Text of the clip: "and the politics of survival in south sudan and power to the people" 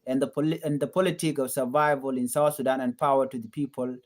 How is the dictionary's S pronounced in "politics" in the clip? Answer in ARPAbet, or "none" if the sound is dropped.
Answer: none